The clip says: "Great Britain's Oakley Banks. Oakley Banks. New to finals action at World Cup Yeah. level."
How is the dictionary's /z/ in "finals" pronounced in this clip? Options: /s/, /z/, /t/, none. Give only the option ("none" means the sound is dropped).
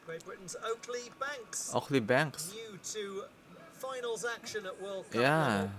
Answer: /z/